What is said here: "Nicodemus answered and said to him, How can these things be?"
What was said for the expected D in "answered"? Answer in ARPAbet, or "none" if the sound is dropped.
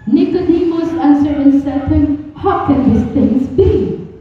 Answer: none